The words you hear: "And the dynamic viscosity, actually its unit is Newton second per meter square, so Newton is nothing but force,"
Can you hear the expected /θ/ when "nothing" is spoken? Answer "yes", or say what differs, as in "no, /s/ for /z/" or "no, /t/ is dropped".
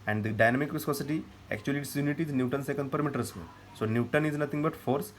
no, /t/ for /θ/